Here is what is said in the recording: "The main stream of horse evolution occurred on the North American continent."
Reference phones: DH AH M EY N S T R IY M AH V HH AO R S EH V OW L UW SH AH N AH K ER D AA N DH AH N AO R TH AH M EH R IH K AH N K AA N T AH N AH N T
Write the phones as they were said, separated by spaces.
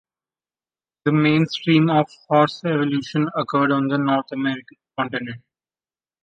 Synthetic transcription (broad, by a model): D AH M EY N S T R IY M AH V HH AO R S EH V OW L UW SH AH N AH K ER D AA N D AH N AO R T AH M EH R IH K AH N K AA N T AH N AH N T